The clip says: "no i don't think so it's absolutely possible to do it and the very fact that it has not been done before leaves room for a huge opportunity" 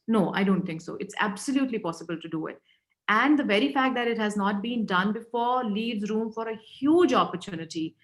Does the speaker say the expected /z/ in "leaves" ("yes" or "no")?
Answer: yes